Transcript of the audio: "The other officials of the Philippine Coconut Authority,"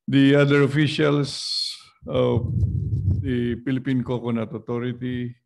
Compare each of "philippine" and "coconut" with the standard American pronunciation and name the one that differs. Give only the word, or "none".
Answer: philippine